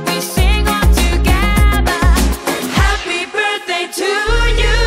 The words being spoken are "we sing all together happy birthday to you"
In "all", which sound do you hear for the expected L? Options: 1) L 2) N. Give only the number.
2